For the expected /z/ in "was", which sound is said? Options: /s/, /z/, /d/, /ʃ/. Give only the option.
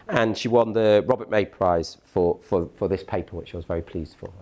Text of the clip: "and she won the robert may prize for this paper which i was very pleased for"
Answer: /z/